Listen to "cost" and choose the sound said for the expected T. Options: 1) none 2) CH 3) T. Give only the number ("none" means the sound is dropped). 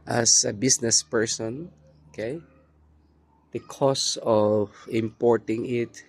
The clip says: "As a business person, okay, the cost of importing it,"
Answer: 1